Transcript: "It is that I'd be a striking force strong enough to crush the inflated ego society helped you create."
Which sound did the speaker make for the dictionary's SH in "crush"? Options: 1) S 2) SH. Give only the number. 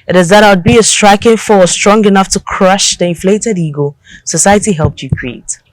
2